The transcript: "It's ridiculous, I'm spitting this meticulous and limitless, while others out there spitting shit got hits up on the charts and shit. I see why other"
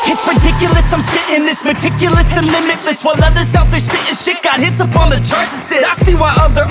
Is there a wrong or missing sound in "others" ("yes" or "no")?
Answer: yes